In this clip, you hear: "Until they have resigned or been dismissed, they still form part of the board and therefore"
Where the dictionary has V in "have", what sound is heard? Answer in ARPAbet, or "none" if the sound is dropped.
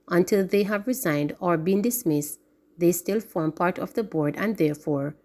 V